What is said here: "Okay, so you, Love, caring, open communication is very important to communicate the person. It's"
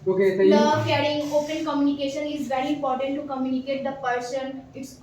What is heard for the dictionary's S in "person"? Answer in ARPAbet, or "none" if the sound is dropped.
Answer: SH